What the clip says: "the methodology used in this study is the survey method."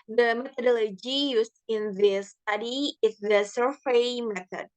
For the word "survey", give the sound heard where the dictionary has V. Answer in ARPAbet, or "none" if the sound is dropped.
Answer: F